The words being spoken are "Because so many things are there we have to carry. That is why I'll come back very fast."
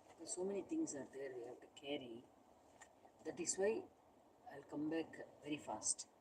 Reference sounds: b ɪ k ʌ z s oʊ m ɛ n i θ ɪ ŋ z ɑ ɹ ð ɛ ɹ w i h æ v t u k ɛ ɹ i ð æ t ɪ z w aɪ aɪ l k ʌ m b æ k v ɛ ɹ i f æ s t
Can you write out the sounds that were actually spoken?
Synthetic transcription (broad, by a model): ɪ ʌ s oʊ m ɛ n i t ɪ ŋ s ɑ ɹ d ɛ ɹ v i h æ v t u k ɛ ɹ i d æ t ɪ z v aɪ aɪ l k ʌ m b æ k v ɛ ɹ i f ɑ s t